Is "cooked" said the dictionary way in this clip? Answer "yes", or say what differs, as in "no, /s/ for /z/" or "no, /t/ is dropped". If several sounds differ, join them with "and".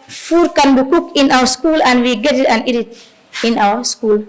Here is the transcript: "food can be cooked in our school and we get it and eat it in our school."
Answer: no, /t/ is dropped